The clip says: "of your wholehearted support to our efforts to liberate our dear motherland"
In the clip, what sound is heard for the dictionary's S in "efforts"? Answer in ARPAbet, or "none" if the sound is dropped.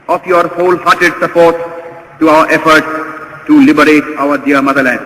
none